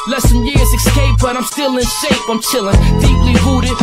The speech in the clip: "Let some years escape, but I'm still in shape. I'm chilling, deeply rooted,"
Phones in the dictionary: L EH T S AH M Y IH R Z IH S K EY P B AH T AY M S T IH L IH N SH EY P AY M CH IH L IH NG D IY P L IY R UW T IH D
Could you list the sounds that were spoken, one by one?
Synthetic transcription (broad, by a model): L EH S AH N Y IH R Z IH S K EY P B AH T AY M S T IH L IH N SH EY F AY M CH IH L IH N D IY P L IY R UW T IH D